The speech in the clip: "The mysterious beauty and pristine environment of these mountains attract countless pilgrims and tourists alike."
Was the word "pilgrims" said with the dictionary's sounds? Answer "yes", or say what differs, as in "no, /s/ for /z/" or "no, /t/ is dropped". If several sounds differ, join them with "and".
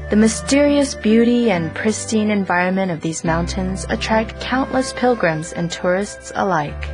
yes